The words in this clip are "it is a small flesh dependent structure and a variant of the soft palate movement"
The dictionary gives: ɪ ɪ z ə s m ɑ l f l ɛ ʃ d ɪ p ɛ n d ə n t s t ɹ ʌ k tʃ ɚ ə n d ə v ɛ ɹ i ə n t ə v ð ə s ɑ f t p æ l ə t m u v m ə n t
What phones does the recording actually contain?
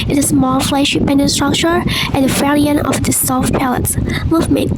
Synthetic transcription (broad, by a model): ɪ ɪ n ə s m ɑ l f l ɛ ʃ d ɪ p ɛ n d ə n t s t ɹ ʌ k tʃ ɚ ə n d ə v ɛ l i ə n ə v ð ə s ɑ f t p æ l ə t m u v m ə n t